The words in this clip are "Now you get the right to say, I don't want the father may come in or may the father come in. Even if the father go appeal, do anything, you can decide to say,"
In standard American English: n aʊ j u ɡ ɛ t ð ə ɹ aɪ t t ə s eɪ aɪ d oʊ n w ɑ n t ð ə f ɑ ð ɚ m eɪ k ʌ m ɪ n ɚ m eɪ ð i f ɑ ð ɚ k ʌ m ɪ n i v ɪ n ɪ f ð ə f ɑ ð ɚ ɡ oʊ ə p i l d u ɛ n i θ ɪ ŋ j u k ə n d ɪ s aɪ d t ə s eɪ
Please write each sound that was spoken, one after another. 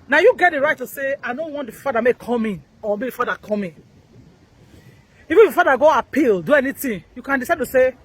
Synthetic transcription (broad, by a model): n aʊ j u ɡ ɛ t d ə ɹ aɪ t t ə s eɪ aɪ d oʊ n w ɑ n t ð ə f ɑ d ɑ m eɪ k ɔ m ɪ n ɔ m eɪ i f ɑ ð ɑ k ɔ m ɪ n i v ɪ n ɪ f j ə f ɑ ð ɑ ɡ oʊ ə p i l d u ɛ n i t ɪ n j u k ə n d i s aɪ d t ə s eɪ